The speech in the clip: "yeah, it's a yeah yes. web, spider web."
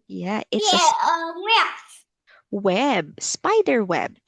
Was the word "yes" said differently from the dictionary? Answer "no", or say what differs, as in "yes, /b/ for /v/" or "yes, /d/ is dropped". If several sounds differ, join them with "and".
yes, /s/ is dropped